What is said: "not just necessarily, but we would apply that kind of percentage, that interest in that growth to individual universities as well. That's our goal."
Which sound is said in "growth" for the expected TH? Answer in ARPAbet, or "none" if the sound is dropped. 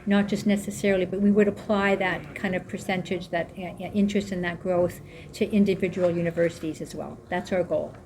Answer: TH